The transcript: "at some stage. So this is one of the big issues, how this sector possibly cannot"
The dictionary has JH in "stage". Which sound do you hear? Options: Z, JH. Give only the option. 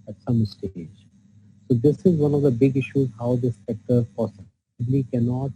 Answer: JH